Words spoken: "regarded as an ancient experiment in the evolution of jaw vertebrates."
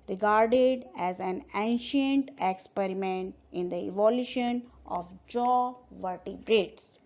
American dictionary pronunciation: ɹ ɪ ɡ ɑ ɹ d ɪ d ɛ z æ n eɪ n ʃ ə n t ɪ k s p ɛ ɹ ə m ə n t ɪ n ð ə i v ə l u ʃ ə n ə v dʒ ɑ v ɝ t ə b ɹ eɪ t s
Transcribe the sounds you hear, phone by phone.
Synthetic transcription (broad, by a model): ɹ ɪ ɡ ɑ ɹ d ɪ d ɛ z æ n eɪ n ʃ ə n t ɪ k s p ɛ ɹ ə m ə n t ɪ n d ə i v ə l u ʃ ə n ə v dʒ ɑ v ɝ t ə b ɹ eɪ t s